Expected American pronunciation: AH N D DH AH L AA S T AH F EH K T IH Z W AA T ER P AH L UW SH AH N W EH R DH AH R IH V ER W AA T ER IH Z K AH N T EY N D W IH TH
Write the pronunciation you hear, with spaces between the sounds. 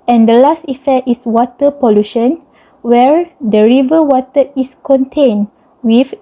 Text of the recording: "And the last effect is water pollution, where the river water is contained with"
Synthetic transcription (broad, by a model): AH N D AH L AA S T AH F EH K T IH S W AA T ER P AH L UW SH AH N W EH R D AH R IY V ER W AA T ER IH S K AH N T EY N W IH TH